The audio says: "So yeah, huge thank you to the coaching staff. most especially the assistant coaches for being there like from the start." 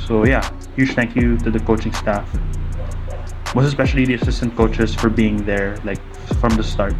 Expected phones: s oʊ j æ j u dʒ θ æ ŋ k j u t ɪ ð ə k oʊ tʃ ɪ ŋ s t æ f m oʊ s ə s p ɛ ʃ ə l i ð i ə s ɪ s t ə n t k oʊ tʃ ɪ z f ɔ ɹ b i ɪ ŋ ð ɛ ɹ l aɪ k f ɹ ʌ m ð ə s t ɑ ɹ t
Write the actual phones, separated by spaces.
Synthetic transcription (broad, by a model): s oʊ j æ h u ʃ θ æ ŋ k j u t ɪ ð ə k oʊ tʃ ɪ ŋ s t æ f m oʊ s ə s p ɛ ʃ ə l i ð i ə s ɪ s t ə n t k oʊ tʃ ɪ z f ɔ ɹ b i ɪ ŋ ð ɛ ɹ l aɪ k f ɹ ʌ m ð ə s t ɑ ɹ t